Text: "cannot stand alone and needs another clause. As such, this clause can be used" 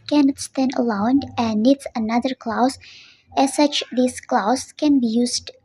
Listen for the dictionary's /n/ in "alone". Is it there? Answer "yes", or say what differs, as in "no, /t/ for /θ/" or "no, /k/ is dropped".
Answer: no, /n/ is dropped